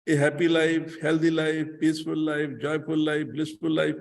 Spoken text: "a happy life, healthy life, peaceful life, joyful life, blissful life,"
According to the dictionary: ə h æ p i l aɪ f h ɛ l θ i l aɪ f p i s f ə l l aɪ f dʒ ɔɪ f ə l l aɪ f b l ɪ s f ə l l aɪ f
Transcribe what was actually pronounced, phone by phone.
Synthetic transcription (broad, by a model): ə h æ p i l aɪ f h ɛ l t i l aɪ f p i s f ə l l aɪ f dʒ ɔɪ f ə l l aɪ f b l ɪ s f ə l l aɪ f